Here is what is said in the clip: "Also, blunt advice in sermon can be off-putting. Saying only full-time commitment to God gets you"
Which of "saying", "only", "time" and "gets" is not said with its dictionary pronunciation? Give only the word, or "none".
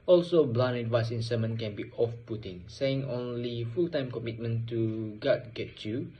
gets